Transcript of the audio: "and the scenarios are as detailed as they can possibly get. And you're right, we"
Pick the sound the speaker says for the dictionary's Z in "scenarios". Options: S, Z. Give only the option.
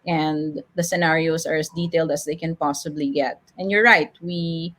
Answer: S